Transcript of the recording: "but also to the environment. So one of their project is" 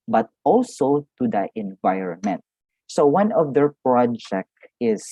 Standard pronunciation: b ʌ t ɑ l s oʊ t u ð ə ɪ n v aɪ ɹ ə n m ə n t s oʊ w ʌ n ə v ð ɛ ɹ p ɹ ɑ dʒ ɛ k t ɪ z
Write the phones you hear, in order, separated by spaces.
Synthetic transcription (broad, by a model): b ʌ t ɑ l s oʊ t u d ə ɪ n v aɪ ɹ ə n m ə n t s oʊ w ʌ n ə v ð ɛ ɹ p ɹ ɑ dʒ ɛ k t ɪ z